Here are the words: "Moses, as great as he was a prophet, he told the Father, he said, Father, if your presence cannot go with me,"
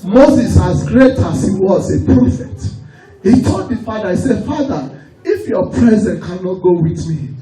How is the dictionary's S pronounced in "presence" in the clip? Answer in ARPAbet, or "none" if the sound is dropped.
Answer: none